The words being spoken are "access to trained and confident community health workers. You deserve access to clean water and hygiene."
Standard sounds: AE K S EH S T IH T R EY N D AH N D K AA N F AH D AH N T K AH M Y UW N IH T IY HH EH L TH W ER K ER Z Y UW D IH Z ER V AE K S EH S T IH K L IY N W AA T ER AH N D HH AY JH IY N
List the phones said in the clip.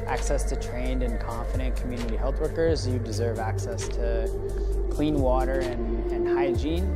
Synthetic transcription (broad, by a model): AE K S EH S T IH T R EY N D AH N K AA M F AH D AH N K M Y UW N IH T IY HH EH L TH W ER K ER Z Y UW D IH Z ER V AE K S EH S T IH K L IY N W AA T ER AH N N HH AY JH IY N